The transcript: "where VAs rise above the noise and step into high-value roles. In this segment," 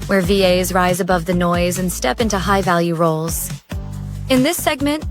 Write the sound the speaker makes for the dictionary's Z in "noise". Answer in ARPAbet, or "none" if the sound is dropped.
Z